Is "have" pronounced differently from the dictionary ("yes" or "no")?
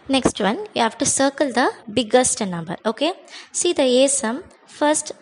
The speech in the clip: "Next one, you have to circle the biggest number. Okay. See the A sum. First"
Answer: yes